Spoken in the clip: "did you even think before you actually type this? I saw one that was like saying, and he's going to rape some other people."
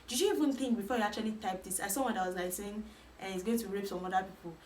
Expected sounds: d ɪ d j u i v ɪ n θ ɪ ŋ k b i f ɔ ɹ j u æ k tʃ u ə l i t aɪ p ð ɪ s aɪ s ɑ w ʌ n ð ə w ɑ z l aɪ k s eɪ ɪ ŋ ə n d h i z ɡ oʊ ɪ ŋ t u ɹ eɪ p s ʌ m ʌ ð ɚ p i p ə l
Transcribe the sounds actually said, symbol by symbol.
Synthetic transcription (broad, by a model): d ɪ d j u i v ɪ n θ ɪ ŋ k b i f ɔ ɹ j u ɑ k tʃ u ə l i t aɪ p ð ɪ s aɪ s ɑ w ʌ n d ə w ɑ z l aɪ k s eɪ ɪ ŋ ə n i s ɡ oʊ ɪ ŋ t u ɹ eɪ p s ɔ m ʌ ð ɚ p i p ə l